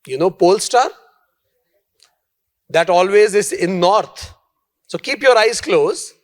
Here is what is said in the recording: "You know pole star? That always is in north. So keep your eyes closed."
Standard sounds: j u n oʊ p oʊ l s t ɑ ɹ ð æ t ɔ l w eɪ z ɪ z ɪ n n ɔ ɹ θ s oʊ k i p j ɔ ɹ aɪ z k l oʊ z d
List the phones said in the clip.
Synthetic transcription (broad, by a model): j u n oʊ p oʊ l s t ɑ ɹ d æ t ɔ l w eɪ z ɪ z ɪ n n ɔ ɹ t s oʊ k i p j ɔ ɹ aɪ z k l oʊ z